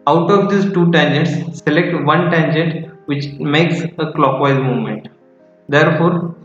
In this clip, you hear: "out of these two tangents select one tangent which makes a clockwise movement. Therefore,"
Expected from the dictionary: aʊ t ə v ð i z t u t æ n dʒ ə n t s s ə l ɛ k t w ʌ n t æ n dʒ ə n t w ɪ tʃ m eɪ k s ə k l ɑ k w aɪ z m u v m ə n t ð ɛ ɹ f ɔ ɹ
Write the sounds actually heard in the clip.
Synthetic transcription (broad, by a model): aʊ t ə v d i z t u t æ n dʒ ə n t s s ə l ɛ k t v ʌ n t æ n dʒ ə n t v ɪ tʃ m eɪ k s ə k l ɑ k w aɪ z m u v m ə n t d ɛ ɹ f ɔ ɹ